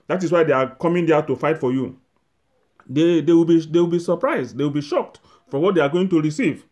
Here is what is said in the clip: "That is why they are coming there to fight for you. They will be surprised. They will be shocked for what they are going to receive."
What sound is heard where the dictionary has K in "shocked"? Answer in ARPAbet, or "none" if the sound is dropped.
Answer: K